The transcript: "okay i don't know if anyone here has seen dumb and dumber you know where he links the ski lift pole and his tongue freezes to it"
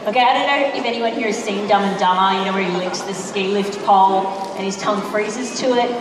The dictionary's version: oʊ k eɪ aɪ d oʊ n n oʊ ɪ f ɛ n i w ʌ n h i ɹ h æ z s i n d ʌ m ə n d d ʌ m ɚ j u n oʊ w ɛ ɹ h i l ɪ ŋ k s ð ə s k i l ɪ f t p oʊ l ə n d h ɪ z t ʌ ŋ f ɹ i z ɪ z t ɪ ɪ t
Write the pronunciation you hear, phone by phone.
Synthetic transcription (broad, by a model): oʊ k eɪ aɪ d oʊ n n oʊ ɪ f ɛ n i w ʌ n h i ɹ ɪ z s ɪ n d ʌ m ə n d d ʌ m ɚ j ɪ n oʊ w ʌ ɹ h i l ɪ k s ð ə s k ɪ l ɪ f t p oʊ l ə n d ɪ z t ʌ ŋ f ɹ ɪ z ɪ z t ɪ ɪ t